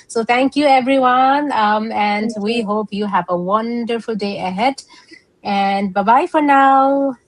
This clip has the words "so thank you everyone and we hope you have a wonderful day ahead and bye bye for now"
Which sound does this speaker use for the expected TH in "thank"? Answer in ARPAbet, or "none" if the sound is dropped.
T